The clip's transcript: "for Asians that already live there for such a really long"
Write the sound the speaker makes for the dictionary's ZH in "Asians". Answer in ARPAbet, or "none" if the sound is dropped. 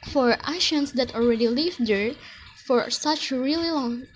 SH